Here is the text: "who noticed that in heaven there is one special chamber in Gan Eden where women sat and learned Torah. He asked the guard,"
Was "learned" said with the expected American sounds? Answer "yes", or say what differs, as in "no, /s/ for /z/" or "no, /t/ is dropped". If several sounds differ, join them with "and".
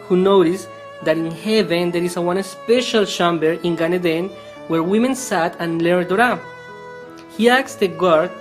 no, /n/ is dropped